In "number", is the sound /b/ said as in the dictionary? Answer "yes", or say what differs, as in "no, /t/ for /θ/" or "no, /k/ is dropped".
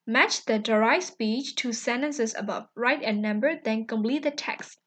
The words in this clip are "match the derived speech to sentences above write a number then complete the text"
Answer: yes